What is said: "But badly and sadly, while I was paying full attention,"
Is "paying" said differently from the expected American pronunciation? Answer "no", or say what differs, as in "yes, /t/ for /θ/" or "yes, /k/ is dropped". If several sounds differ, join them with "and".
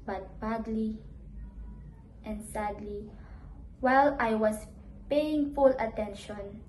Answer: no